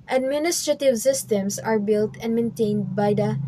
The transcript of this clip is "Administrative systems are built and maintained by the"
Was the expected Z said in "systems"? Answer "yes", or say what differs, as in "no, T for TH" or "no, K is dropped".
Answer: no, S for Z